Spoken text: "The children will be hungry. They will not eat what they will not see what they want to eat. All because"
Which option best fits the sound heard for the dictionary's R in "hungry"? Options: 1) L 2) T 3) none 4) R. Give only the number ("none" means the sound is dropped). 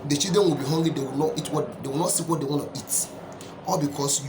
3